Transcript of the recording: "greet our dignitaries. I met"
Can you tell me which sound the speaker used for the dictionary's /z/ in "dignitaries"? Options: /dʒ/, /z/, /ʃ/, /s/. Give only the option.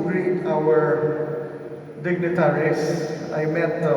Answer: /s/